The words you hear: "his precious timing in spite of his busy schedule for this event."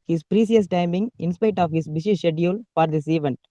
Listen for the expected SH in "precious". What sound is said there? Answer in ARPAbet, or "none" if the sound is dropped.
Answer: S